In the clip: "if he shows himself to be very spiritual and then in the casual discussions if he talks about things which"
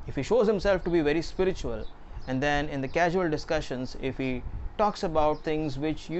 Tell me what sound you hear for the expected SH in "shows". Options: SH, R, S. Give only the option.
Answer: SH